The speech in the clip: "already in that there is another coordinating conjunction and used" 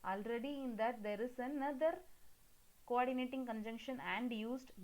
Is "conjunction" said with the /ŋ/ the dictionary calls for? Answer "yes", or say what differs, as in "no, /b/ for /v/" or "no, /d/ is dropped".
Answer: yes